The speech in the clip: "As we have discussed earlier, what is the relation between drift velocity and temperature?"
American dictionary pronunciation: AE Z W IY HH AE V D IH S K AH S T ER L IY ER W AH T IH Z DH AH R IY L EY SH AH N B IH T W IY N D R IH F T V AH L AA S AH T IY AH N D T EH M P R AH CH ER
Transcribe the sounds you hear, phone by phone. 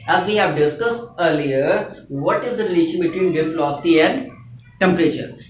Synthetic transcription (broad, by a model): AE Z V IY HH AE V D IH S K AH S T ER L IY ER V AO T IH Z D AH R IY L EY SH AH N B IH T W IY N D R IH T F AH L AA S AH T IY AH N D T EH M P R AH CH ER